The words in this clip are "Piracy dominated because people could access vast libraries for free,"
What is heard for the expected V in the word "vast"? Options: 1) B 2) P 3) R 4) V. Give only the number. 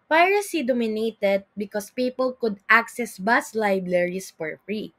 1